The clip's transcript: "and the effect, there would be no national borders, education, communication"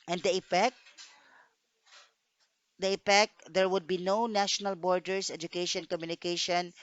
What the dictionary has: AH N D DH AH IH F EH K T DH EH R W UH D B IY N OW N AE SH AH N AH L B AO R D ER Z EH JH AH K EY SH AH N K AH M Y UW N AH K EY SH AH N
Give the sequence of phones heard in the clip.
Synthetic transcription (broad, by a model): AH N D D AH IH P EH K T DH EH R W UH D B IY N OW N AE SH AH N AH L B AO R D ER S EH JH AH K EY SH AH N K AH M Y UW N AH K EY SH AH N